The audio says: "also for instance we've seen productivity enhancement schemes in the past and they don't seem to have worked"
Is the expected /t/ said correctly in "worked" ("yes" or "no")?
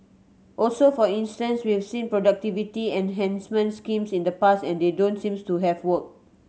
no